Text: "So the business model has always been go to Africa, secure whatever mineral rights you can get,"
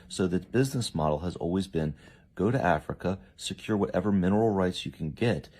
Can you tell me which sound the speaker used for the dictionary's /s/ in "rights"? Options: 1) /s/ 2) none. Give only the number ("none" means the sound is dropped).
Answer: 1